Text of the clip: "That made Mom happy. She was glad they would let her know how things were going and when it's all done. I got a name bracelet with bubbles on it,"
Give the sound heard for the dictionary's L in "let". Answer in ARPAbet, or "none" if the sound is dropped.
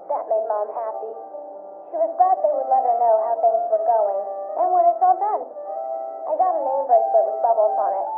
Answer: N